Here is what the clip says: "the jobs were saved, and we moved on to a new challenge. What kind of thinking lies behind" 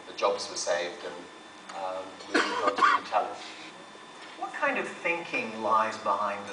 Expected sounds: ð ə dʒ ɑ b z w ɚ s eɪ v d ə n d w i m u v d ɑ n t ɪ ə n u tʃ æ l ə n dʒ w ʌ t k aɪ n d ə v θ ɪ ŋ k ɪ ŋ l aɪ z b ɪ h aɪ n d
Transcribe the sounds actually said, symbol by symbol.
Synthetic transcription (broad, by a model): ð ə dʒ ɑ b z w ɚ s eɪ v d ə n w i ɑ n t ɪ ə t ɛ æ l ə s w ʌ t k aɪ n d ə v θ ɪ ŋ k ɪ ŋ l aɪ z b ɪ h aɪ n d